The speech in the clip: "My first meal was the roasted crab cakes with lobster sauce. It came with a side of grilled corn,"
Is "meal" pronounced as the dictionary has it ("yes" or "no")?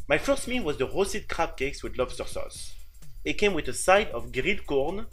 no